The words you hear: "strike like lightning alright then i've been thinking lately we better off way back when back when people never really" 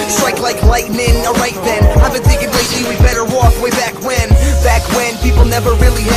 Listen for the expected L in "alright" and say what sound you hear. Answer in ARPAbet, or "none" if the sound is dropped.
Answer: none